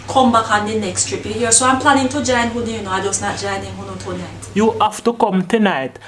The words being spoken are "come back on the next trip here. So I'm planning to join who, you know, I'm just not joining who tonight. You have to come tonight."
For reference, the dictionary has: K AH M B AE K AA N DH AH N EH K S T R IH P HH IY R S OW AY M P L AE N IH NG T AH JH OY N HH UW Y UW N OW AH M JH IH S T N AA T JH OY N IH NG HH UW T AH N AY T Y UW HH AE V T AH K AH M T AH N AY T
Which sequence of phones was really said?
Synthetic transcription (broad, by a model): K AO M B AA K AA N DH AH N EH K S T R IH P HH IY R S OW AY M P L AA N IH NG T AH JH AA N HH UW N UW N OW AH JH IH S N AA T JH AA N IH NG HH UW T AH N AY T Y UW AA F T AH K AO M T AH N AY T